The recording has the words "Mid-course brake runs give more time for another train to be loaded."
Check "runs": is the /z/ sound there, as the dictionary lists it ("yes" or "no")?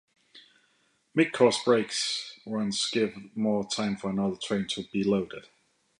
no